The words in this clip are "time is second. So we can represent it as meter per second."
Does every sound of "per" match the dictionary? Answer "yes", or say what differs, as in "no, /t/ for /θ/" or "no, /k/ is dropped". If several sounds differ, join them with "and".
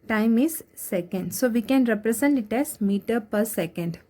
yes